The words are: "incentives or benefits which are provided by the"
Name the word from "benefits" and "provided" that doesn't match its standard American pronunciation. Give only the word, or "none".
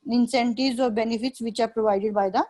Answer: none